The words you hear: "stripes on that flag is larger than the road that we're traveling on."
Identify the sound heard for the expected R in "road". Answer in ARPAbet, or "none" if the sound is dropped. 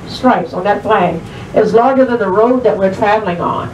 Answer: R